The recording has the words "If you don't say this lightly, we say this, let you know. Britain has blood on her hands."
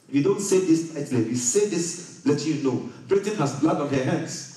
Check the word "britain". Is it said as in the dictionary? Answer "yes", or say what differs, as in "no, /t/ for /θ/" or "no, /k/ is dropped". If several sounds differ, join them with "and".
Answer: yes